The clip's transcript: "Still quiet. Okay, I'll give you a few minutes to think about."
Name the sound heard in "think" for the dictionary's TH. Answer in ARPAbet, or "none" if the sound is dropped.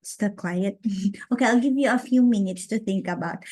TH